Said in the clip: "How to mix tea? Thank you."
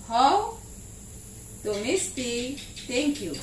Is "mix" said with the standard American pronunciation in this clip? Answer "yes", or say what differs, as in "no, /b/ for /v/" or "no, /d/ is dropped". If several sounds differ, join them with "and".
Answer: no, /k/ is dropped